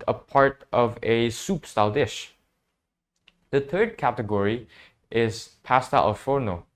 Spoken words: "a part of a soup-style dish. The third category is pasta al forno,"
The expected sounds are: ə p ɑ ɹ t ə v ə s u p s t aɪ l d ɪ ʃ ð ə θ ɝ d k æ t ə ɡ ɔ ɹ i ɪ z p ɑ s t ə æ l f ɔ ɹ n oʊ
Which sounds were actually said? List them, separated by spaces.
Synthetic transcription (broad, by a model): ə p ɑ ɹ t ə v ə s u p s t aɪ l d ɪ ʃ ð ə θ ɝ d k æ t ə ɡ ɔ ɹ i ɪ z p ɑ s t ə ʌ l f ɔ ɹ n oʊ